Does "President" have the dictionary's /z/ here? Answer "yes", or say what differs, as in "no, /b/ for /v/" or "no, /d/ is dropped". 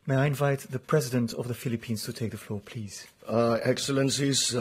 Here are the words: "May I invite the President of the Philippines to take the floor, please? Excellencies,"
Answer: yes